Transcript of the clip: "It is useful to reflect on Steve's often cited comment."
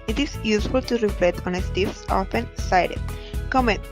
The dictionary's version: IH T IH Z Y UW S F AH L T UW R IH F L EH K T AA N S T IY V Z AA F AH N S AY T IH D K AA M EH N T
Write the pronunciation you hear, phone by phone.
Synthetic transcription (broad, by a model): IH T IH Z Y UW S F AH L T UW R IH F L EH T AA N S T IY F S AA F AH N S AY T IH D K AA M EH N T